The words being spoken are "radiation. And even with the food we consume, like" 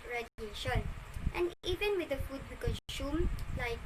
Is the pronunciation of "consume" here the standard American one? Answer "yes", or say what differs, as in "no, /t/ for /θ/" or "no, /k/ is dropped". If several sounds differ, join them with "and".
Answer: no, /ʃ/ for /s/